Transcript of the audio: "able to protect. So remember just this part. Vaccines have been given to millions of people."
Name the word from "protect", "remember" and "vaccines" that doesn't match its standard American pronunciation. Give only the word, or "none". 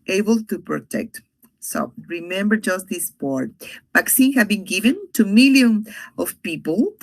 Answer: vaccines